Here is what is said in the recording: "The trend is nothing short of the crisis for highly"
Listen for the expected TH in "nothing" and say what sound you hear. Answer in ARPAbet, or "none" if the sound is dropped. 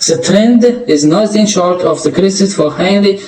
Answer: T